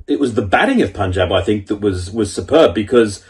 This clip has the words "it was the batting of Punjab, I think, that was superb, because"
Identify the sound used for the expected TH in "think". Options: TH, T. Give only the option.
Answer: TH